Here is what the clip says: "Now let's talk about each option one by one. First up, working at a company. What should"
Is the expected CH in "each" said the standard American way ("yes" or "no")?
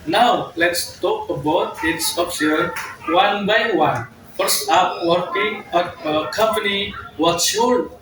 no